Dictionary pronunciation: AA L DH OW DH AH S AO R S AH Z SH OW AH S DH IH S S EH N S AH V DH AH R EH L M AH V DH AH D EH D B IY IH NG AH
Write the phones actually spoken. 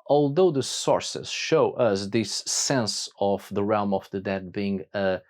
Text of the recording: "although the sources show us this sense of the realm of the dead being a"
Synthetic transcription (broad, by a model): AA L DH OW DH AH S AO R S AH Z SH OW AH S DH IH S S EH N S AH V DH AH R EH L M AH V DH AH D EH D B IY IH NG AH